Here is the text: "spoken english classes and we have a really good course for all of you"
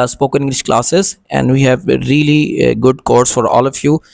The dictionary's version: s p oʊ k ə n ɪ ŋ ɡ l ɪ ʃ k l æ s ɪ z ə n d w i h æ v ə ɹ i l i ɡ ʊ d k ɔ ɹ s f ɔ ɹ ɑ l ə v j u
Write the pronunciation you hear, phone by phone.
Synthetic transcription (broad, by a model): s p oʊ k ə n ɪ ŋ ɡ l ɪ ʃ k l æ s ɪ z ə n d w i h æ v ɹ i l i ɡ ʊ d k ɔ ɹ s f ɔ ɹ ɑ l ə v j u